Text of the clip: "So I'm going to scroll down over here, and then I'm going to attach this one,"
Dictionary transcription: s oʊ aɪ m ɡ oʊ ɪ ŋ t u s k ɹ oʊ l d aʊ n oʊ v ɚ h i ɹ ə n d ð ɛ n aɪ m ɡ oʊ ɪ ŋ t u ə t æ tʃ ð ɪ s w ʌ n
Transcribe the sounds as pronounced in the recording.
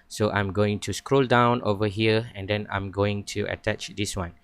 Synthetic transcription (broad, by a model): s oʊ aɪ m ɡ oʊ ɪ ŋ t u s k ɹ oʊ l d aʊ n oʊ v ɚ h i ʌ ə n d ɛ n aɪ m ɡ oʊ ɪ ŋ t u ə t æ tʃ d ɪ s w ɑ n